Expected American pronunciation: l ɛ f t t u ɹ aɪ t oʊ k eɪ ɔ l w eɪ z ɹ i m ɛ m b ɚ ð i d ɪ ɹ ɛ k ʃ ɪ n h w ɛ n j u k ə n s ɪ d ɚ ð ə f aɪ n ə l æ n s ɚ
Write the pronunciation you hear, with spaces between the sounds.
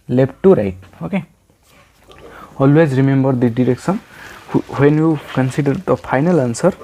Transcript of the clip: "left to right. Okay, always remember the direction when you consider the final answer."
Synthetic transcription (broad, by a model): l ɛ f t t u ɹ aɪ t oʊ k eɪ ɔ l w eɪ z ɹ i m ɛ m b ɚ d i d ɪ ɹ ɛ k s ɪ n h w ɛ n j u k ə n s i d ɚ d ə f aɪ n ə l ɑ n s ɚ